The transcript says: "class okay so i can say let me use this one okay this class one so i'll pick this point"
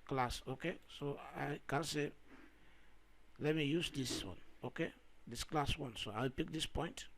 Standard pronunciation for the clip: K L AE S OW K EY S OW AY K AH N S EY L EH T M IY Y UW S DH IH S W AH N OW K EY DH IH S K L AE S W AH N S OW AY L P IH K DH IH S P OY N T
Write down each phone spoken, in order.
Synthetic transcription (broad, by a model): K L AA S OW K EY S OW AY K AH N S EY L EH T M IY Y UW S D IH S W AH N OW K EY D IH S K L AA S W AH N S OW AY W P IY K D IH S P OY N T